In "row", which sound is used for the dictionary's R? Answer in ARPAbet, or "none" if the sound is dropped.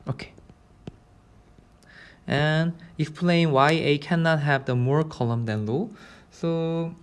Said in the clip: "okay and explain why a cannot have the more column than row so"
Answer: L